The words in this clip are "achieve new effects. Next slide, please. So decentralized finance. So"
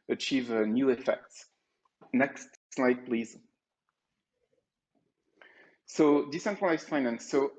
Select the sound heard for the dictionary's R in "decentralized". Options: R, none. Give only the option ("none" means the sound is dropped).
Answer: none